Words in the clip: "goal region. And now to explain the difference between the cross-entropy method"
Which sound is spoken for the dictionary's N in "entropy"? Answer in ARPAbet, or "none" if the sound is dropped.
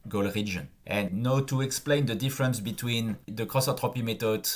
none